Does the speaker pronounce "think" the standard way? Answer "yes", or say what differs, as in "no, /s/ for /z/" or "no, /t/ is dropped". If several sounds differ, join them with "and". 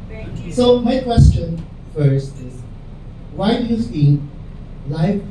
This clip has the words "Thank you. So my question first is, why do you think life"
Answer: no, /s/ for /θ/